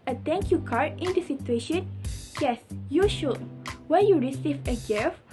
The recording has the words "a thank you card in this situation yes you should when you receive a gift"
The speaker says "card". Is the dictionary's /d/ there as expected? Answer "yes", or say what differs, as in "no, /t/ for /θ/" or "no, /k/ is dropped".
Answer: no, /d/ is dropped